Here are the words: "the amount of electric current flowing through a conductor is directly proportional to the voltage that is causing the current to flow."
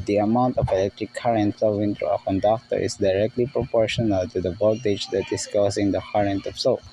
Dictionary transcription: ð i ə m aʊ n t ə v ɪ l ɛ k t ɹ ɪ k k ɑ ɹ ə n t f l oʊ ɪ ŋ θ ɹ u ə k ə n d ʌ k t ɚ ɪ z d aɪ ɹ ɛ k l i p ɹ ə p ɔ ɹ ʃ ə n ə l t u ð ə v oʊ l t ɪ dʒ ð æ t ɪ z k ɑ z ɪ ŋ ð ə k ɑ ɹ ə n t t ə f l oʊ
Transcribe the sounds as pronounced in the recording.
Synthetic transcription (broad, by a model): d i ə m aʊ n t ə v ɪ l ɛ k t ɹ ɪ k k ɑ ɹ ə n t f l oʊ ɪ ŋ t ɹ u ə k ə n d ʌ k t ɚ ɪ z d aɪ ɹ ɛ k l i p ɹ ə p ɔ ɹ ʃ ə n ə l t u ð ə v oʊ t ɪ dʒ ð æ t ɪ s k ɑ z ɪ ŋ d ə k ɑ ɹ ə n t t ə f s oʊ